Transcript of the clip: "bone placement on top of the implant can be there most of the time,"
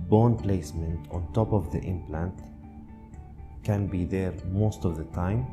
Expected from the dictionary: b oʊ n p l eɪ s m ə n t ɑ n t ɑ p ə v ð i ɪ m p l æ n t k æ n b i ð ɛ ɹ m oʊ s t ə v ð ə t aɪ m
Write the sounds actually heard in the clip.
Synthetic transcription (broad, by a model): b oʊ n p l eɪ s m ə n t ɑ n t ɑ p ə v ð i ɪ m p l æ n t k æ n b i ð ɛ ɹ m oʊ s t ə v ð ə t aɪ m